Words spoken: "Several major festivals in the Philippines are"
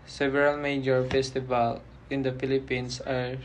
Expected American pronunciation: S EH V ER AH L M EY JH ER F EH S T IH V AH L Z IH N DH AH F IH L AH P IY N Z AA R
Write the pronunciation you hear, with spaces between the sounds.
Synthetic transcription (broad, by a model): S EH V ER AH L M EY JH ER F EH S T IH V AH L IH N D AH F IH L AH P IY N S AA R